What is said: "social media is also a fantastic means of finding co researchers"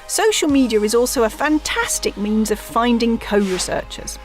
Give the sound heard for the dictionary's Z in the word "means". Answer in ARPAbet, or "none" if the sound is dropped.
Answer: Z